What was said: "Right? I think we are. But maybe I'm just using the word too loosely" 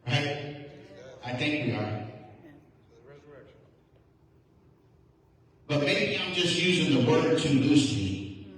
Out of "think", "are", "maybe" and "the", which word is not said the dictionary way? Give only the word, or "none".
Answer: maybe